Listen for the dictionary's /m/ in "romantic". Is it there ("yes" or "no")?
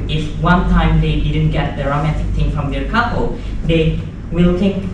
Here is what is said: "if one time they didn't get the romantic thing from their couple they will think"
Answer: yes